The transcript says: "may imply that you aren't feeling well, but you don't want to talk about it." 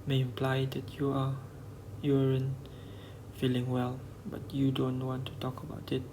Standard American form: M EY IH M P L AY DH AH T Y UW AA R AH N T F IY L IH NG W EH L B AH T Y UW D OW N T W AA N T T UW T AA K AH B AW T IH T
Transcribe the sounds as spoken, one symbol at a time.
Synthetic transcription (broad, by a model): M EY IH M P L AY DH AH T Y UW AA R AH N F IY L IH NG W EH L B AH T Y UW D OW N T W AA N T T UW T AA K AH B AW T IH T